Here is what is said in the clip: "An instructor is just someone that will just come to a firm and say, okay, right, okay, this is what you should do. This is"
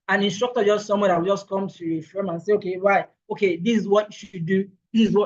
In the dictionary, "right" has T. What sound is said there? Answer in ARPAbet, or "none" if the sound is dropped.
none